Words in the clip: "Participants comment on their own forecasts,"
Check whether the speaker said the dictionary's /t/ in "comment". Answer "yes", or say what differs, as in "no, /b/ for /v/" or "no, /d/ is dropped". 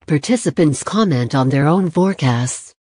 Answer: yes